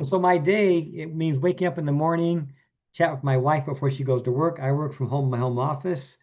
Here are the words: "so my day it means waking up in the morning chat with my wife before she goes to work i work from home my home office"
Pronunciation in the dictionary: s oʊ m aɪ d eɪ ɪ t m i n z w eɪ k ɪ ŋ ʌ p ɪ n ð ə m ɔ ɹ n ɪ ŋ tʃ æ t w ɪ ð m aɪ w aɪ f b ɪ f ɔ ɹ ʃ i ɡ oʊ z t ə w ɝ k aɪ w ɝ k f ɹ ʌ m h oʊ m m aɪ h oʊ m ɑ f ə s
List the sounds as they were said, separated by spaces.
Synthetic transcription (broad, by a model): s oʊ m aɪ d eɪ ɪ t m i n z w eɪ k ɪ ŋ ʌ p ɪ n ð ə m ɔ ɹ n ɪ ŋ tʃ æ t w ɪ ð m aɪ w aɪ f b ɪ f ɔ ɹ ʃ i ɡ oʊ z t ə w ɝ k aɪ w ɝ k f ɹ ʌ m h oʊ m m aɪ h oʊ m ɑ f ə s